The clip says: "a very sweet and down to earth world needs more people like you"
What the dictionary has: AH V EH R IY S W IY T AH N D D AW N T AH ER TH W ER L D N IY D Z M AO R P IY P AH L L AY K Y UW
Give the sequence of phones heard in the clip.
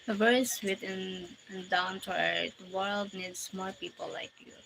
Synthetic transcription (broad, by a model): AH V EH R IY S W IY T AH N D D AW N T AH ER T W ER L D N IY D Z M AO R P IY P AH L L AY K Y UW